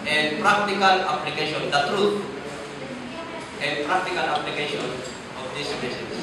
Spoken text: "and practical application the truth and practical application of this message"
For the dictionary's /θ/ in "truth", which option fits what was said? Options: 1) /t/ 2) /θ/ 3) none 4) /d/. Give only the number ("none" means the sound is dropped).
1